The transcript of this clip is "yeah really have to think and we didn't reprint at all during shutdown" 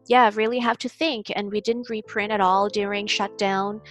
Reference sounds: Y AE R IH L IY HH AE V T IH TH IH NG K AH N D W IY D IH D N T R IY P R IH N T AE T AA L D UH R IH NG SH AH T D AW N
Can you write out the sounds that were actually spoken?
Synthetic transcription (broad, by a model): Y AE R IH L IY HH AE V T IH TH IH NG K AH N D W IY D IH D N T R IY P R IH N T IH T AA L D UH R IH NG SH AH T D AW N